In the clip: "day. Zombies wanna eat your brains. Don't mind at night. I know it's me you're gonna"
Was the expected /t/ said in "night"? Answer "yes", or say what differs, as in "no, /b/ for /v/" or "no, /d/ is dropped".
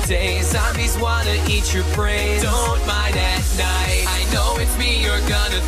yes